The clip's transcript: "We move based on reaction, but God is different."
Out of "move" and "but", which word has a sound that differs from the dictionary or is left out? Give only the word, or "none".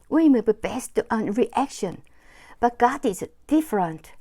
move